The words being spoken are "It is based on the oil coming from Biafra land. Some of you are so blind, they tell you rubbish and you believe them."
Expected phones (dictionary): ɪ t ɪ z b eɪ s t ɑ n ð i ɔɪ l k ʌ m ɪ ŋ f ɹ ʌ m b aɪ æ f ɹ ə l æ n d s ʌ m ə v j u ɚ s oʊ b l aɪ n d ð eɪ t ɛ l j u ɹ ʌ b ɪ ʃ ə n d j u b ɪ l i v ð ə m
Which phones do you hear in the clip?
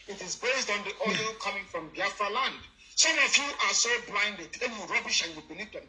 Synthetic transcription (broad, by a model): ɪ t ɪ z b eɪ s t ɑ n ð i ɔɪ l k ʌ m ɪ ŋ f ɹ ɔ m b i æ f ɹ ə l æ n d s ʌ m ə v j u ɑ s oʊ b l aɪ n d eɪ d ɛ n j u ɹ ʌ b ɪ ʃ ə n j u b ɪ n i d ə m